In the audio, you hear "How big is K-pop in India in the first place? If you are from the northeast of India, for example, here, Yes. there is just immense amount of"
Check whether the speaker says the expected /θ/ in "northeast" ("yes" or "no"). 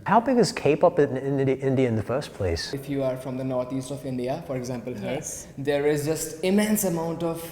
no